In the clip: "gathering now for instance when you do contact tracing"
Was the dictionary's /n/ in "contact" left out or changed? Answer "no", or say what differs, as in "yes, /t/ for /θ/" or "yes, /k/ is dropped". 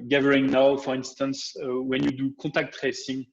yes, /n/ is dropped